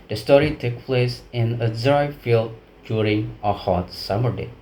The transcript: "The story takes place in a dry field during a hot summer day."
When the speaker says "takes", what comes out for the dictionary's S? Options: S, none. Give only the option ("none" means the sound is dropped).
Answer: none